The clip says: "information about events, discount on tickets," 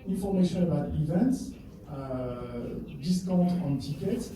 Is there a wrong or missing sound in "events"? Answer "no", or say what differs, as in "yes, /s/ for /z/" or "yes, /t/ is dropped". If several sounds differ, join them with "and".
no